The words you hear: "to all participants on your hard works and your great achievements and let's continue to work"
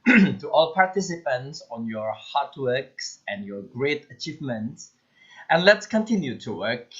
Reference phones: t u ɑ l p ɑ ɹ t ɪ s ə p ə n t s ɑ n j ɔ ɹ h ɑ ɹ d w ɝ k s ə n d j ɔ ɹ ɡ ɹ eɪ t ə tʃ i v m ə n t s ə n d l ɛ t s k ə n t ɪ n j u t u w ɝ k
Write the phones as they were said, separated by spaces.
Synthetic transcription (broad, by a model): t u ɑ l p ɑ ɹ t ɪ s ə p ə n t s ɑ n j ɔ ɹ h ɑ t w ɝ k s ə n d j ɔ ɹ ɡ ɹ eɪ t ə tʃ i v m ə n t s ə n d l ɛ t s k ə n t ɪ n j u t u w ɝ k